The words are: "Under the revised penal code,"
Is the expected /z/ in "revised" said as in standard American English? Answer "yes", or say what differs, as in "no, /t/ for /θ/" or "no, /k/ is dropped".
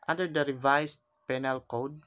no, /s/ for /z/